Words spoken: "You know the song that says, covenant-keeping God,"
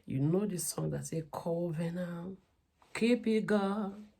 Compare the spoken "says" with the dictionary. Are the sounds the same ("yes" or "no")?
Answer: no